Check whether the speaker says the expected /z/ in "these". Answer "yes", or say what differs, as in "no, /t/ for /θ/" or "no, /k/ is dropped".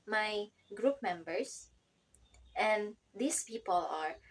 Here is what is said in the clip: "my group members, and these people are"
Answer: no, /s/ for /z/